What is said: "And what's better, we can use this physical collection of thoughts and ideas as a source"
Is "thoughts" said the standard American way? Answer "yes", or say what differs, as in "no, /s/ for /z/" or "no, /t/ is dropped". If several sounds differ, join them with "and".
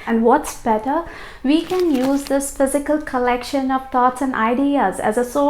no, /t/ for /θ/